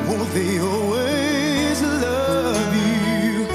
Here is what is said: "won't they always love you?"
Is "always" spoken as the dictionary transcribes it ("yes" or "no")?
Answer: yes